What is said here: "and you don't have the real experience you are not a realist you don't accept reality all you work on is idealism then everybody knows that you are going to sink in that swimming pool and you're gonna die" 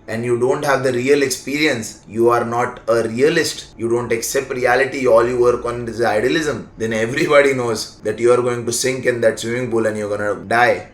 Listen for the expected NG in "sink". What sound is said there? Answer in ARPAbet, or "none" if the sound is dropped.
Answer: NG